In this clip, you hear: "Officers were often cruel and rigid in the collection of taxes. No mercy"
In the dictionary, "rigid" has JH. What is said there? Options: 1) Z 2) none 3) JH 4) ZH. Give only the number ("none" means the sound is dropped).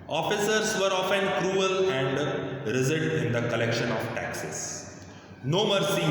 1